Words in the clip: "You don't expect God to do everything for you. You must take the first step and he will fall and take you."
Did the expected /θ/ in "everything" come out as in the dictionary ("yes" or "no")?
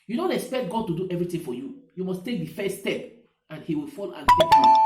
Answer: no